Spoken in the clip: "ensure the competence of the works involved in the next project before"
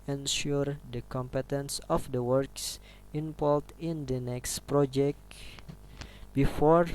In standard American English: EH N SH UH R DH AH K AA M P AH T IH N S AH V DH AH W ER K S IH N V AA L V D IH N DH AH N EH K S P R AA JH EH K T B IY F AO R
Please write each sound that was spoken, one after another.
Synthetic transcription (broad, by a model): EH N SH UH R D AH K AA M P AH T IH N S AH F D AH W ER K S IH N P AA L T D IH N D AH N EH K S P R AA JH EH K T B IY F AO R